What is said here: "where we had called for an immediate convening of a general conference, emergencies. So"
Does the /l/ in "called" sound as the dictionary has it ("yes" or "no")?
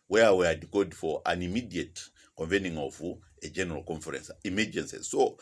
no